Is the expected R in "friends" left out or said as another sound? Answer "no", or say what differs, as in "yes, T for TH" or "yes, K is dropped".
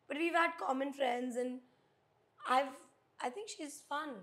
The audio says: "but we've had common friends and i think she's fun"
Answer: no